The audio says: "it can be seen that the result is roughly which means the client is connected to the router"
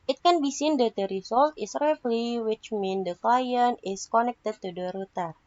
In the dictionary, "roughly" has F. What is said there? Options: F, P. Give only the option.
P